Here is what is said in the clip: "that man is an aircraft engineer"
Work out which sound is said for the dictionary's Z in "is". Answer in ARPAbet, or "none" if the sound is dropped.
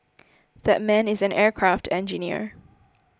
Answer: Z